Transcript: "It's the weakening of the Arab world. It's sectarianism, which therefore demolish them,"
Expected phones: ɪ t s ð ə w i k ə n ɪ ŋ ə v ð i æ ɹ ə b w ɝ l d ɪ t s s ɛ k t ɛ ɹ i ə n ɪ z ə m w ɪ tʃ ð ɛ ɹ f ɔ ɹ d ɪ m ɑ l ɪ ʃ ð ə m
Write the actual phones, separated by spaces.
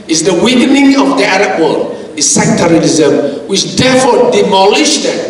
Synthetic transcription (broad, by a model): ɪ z ð ə w i k ə n ɪ ŋ ə v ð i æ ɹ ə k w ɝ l ɪ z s s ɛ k t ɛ ɹ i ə l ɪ z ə m w ɪ tʃ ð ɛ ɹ f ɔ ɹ d ɪ m ɑ l ɪ ʃ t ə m